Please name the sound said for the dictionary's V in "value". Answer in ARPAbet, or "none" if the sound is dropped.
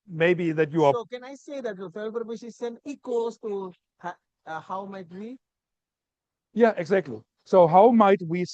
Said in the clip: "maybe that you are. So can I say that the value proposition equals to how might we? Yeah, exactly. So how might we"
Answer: F